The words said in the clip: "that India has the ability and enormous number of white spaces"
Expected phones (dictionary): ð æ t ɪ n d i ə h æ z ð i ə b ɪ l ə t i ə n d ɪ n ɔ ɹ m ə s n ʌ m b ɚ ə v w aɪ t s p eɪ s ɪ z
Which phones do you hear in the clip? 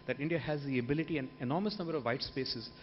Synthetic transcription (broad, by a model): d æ t ɪ n d i ə h æ z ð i ə b ɪ l ə t i ə n d ɪ n ɔ ɹ m ə s n ʌ m b ɚ ə v aɪ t s p eɪ s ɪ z